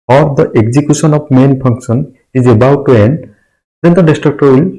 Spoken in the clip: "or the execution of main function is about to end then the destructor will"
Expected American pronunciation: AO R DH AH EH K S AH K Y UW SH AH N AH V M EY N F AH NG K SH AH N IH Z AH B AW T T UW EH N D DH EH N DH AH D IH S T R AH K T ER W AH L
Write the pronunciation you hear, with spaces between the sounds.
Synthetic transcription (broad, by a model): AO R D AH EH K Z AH K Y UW S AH N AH P M EY N P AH NG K S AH N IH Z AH B AW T T UW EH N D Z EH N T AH D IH S T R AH K T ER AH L